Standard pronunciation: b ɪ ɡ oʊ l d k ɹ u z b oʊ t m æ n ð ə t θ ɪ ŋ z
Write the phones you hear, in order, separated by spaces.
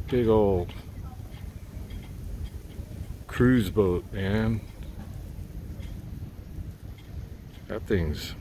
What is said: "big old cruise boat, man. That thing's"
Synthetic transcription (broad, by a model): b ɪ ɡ oʊ l d k ɹ u z b oʊ t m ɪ n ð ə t θ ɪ ŋ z